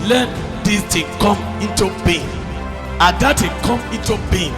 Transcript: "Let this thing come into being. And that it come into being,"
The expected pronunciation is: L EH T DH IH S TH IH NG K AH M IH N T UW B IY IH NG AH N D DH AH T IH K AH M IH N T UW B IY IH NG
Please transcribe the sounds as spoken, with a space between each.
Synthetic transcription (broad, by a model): L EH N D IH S T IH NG K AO M IH N T UW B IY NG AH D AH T IH K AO M IH N T UW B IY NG